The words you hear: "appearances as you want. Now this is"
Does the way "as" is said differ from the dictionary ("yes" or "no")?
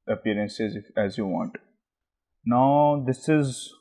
no